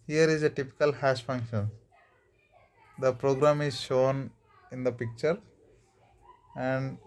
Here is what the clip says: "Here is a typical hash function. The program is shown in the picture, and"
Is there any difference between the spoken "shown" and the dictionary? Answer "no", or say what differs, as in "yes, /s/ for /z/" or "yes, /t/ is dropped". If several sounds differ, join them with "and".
no